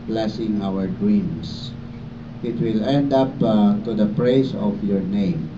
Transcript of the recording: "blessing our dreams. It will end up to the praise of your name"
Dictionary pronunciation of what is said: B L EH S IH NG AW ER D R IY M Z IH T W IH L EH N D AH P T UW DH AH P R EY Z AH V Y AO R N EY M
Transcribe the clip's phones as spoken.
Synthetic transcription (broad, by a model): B L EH S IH NG AW ER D R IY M S IH T W IH L EH N D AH P T UW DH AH P R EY S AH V Y AO R N EY M